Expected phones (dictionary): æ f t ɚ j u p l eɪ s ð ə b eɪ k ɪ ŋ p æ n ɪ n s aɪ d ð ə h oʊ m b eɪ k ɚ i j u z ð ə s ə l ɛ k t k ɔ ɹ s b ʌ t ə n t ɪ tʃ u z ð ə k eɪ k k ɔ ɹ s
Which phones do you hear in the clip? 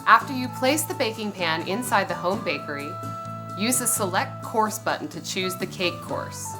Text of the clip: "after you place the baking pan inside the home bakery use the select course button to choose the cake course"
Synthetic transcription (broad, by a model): æ f t ɚ j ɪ p l eɪ s ð ə b eɪ k ɪ ŋ p æ n ɪ n s aɪ d ð ə h oʊ m b eɪ k ɚ i j u z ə s ə l ɛ k t k ɔ ɹ s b ʌ t n t ɪ tʃ u z ð ə k eɪ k k ɔ ɹ s